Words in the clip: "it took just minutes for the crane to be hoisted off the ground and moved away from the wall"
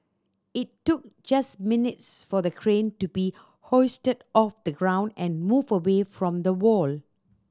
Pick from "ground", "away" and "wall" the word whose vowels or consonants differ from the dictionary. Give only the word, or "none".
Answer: none